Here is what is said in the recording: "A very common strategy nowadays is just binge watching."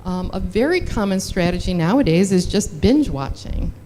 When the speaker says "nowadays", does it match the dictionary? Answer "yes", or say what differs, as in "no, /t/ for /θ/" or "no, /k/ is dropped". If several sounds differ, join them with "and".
yes